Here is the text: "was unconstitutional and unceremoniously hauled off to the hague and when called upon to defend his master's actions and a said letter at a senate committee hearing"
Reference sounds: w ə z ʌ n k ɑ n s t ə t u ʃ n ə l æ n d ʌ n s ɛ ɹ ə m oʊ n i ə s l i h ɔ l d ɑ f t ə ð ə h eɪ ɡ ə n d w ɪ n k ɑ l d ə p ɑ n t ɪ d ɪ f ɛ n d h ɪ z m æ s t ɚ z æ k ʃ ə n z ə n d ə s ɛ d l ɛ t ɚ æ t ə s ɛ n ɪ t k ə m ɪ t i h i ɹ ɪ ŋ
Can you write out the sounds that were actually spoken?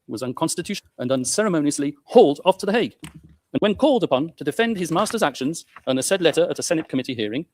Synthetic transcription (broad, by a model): w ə z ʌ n k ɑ n s t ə t u ʃ ə n ʌ n s ɛ ɹ ə m oʊ n i ə s l i h ɔ l d ɑ f t ə ð ə h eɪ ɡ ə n w ɪ n k ɑ l d ə p ɑ n t ɪ d ɪ f ɛ n d ɪ z m æ s t ɚ z æ k ʃ ə n z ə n ə s ɛ d l ɛ t ɚ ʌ t ə s ɛ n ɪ t k ə m ɪ t i h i ɹ ɪ ŋ